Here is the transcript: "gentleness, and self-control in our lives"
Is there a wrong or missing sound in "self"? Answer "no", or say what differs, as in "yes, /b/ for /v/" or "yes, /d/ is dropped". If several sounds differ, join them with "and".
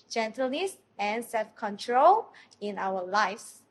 no